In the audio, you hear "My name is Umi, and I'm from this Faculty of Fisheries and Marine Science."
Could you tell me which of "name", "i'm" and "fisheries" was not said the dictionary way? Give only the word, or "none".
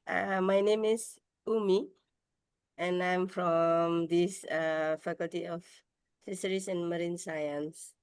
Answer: fisheries